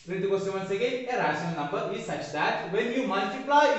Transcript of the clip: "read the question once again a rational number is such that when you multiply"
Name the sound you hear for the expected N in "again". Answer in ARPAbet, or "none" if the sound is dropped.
none